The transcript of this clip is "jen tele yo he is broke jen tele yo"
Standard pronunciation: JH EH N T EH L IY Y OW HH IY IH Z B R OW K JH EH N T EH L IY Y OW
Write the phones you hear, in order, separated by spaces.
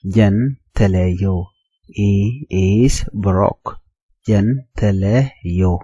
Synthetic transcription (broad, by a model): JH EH N T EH L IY Y OW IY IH S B R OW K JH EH N T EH L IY Y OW